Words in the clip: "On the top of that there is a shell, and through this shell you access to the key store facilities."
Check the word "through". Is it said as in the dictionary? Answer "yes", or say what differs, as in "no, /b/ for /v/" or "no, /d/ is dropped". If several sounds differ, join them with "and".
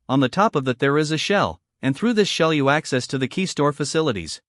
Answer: yes